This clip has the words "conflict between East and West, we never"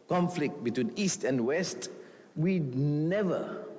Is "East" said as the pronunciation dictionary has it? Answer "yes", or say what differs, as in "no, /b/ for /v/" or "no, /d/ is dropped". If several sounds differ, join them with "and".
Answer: yes